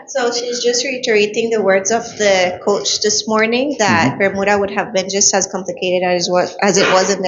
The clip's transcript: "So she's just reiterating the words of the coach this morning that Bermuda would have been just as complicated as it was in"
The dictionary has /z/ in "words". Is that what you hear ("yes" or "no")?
yes